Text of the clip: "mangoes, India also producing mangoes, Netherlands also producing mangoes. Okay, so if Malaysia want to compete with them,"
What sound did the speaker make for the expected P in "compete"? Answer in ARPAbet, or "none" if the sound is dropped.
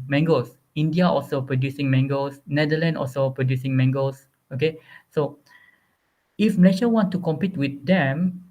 P